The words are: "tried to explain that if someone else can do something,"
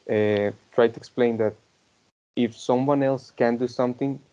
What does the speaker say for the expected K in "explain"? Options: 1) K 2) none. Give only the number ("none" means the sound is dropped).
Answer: 1